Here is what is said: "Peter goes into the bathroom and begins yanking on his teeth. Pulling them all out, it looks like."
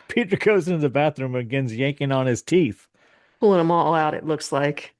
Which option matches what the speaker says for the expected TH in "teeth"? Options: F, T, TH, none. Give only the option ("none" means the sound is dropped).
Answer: TH